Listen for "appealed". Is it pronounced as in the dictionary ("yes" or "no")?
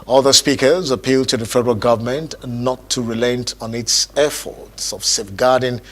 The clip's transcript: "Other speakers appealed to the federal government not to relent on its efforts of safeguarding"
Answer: yes